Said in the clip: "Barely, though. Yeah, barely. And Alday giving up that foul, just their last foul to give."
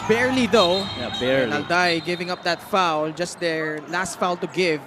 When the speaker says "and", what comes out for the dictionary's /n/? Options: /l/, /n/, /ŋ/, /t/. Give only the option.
/l/